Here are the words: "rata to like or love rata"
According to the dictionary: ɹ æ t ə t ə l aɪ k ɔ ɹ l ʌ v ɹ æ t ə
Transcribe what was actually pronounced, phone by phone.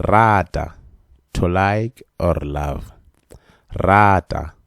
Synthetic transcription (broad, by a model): ɹ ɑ t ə t ə l aɪ k ɔ ɹ l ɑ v ɹ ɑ t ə